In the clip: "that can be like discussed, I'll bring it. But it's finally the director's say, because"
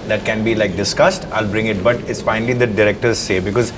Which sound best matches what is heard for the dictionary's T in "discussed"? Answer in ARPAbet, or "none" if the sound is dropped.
T